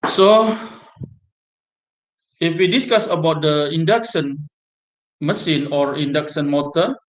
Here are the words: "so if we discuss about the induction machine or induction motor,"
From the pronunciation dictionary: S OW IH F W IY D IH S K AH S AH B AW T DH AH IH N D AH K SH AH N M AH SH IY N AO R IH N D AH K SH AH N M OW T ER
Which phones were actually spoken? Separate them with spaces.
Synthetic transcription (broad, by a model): S OW IH F W IY D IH S K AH S AH B AW T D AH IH N D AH K S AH N M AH S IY N AO R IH N D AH K S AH N M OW T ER